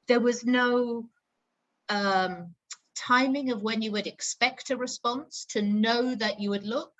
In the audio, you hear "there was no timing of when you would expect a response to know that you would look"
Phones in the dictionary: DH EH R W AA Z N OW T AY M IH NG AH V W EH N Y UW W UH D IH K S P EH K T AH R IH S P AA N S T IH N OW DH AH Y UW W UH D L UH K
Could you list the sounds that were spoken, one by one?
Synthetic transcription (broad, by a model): DH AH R W AA Z N OW T AY M IH NG AH V W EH N Y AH W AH D IH K S P EH K T AH R IH S P AA N S T IH N OW DH AH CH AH W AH D L UH K